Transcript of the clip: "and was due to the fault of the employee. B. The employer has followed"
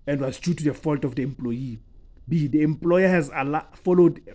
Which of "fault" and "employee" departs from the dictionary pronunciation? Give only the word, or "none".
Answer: none